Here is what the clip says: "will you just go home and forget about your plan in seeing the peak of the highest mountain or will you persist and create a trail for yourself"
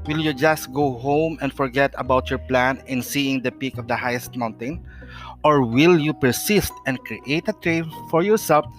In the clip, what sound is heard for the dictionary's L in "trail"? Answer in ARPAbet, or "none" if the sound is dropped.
N